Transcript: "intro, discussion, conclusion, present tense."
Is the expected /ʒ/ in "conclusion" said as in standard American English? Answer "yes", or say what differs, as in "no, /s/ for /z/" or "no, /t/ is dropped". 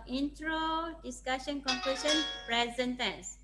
no, /s/ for /ʒ/